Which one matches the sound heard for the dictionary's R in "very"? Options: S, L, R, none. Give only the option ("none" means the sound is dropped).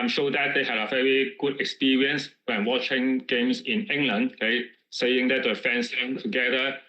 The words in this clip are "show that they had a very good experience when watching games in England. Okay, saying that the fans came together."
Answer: R